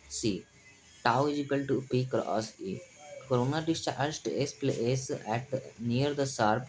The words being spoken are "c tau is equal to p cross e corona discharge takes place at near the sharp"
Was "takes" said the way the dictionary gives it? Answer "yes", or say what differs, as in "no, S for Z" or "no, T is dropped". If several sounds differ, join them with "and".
no, K is dropped